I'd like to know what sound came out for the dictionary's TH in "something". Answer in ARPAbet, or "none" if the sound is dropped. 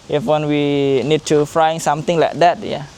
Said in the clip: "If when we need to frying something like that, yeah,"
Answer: T